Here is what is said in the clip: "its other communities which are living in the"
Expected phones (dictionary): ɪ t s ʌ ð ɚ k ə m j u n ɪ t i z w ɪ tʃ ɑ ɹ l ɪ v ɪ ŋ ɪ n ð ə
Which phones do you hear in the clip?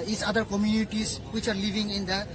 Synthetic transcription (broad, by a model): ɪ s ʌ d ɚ k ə m j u n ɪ t i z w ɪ tʃ ɑ ɹ l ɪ v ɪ ŋ ɪ n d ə